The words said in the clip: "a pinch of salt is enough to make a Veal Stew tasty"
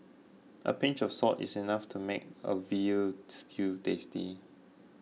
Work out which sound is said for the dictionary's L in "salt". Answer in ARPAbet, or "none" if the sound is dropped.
none